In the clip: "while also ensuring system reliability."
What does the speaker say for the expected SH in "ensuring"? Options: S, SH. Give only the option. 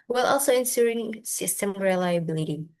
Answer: S